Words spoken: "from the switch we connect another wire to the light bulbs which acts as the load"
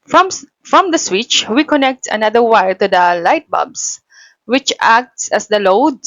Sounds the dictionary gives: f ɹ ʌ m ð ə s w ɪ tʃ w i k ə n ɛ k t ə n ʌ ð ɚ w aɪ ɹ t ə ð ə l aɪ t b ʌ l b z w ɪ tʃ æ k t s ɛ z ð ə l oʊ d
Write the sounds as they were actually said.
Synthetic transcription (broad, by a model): f ɹ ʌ m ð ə s w ɪ tʃ w i k ə n ɛ k t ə n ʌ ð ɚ w aɪ ɹ t ə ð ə l aɪ t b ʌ b s w ɪ tʃ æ k t s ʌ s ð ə l oʊ d